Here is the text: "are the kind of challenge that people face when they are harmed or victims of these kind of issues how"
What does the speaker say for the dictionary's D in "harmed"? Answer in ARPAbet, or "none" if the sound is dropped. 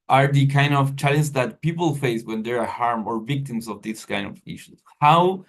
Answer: none